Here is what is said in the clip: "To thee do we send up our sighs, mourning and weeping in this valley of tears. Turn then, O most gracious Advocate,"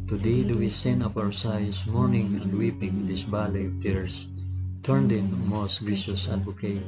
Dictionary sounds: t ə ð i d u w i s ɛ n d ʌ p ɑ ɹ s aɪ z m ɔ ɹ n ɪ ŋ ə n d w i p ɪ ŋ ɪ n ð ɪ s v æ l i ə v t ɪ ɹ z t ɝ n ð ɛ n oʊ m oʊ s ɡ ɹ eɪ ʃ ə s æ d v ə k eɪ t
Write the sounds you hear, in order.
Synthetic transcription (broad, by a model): t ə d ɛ d u w i s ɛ n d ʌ p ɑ w s aɪ s m ɔ ɹ n ɪ ŋ ə n d w i p ɪ ŋ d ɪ s b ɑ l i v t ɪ ɹ s t ɝ n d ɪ n m oʊ s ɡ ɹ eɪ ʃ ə s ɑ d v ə k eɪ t